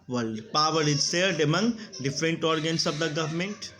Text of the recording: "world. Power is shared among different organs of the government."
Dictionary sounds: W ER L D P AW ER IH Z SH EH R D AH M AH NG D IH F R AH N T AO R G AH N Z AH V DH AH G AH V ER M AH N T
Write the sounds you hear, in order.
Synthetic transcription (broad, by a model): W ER L P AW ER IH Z S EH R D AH M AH NG D IH F R AH N T AO R G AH N S AH V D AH G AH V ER M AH N T